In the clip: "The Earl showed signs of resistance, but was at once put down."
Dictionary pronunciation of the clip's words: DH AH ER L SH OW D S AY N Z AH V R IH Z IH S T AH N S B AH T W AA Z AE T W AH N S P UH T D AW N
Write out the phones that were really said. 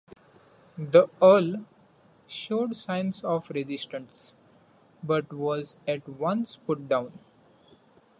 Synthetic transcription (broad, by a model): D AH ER L SH OW D S AY N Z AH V R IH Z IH S T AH N S B AH T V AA Z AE T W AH N S P UH T D AW N